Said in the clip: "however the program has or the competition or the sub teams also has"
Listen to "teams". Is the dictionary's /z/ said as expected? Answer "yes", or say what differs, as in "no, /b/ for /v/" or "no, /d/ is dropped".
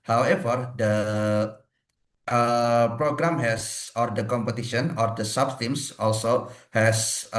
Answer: no, /s/ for /z/